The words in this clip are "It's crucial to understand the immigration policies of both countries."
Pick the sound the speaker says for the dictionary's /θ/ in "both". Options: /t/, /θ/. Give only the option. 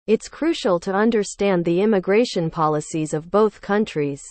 /θ/